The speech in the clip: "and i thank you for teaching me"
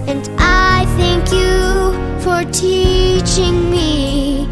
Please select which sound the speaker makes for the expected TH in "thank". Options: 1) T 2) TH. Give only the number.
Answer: 2